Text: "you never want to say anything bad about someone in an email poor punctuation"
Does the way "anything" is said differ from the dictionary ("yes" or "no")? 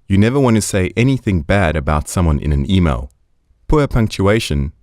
no